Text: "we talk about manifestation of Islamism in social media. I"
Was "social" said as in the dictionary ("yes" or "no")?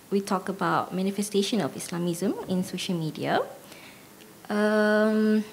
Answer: yes